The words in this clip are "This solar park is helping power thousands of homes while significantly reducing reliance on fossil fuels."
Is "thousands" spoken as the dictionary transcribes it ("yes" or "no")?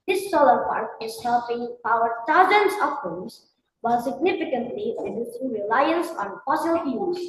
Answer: no